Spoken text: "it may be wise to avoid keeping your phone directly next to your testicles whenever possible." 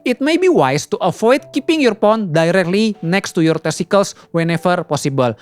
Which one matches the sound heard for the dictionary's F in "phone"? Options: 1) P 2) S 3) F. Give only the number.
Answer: 1